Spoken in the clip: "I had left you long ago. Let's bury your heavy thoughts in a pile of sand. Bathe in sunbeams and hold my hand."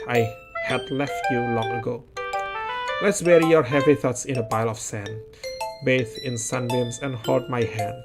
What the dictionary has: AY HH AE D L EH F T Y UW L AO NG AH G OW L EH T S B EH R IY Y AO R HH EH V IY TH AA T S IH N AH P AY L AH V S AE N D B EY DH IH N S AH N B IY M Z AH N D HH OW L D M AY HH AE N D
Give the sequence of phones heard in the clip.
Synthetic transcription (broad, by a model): AY HH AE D L EH F T Y UW L AO NG AH G OW L EH T S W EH R IY Y AO R HH EH V IY TH AA T S IH N AH B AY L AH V S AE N B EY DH IH N S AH N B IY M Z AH N HH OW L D M AY HH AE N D